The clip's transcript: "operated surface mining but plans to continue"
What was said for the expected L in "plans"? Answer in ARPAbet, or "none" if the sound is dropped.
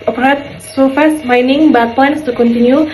none